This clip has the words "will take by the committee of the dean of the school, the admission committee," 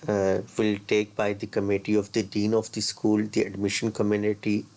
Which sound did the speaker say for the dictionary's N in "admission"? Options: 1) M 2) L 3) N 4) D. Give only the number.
3